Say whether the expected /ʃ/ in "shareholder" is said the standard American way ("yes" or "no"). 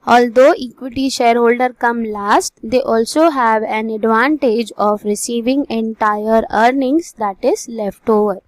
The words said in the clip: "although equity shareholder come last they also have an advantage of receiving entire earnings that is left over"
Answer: yes